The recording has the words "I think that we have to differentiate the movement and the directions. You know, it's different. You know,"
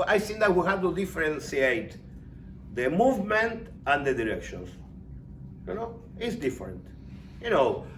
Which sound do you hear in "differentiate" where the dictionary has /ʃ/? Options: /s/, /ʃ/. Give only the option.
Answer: /s/